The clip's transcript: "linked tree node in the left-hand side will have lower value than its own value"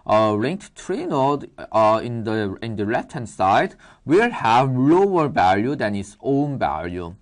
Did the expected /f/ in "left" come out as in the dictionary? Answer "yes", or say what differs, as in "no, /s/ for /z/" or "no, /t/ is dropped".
no, /f/ is dropped